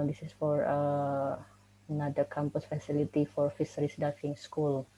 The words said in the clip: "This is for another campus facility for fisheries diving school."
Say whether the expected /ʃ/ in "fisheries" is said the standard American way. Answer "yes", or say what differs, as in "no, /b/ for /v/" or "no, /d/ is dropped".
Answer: no, /s/ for /ʃ/